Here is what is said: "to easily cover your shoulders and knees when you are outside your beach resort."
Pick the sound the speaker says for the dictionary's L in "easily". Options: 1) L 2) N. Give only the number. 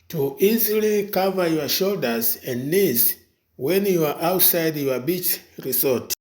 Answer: 1